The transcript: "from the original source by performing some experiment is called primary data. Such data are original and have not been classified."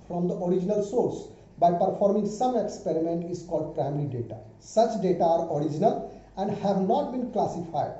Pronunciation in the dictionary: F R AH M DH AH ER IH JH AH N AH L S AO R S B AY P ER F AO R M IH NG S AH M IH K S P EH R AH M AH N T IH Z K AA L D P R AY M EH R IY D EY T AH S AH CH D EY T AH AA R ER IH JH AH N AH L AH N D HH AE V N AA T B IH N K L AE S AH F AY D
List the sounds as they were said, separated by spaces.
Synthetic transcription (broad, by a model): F R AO M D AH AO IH JH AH N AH L S AO R S B AY P ER F AO R M IH NG S AH M IH K S P EH R AH M AH N T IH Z K AA L D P R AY M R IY D EY T AH S AH CH D EY T AH AA R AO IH JH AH N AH L AH N D HH AE V N AA T B IH N K L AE S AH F AY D